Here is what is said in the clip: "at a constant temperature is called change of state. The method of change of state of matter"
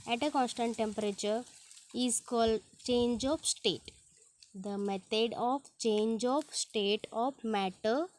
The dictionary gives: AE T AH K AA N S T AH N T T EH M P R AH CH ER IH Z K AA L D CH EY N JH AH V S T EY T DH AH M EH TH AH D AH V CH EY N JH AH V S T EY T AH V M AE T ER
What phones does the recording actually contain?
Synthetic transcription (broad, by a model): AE T AH K AA N S T AH N T T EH M P R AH CH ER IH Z K AA L D CH EY N JH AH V S T EY T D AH M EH T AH D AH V CH EY N JH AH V S T EY T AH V M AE T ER